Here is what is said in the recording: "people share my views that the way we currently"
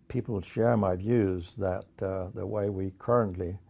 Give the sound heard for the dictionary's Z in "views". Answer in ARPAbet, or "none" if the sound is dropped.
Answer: Z